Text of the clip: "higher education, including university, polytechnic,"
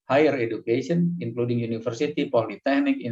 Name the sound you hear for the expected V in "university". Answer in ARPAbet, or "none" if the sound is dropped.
F